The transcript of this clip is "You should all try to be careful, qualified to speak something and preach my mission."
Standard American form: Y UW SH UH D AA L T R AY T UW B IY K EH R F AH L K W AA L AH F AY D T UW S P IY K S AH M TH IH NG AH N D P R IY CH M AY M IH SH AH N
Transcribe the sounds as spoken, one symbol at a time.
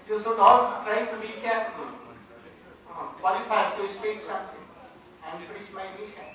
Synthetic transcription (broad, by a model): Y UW S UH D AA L T R AY T UW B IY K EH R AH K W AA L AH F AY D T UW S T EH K S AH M T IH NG AH N D P R IY CH M AY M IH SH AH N